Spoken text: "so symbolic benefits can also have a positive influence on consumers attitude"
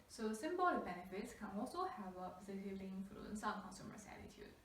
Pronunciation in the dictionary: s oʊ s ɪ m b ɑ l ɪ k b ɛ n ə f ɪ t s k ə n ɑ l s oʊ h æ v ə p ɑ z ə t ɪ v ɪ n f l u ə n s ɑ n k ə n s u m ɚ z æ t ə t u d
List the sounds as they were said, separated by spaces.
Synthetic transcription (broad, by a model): s oʊ s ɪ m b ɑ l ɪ b ɛ n ə f ɪ t s k ə n ɑ l s oʊ h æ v ə p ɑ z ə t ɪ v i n f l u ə n s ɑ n k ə n s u m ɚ s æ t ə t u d